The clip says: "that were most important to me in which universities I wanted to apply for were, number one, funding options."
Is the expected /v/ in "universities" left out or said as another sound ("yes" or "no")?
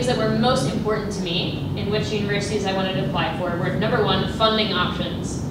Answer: no